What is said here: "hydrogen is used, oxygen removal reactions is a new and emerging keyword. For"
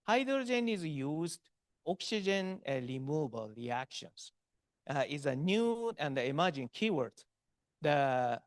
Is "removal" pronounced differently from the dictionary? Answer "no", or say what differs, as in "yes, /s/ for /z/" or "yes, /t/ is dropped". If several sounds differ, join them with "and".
yes, /b/ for /v/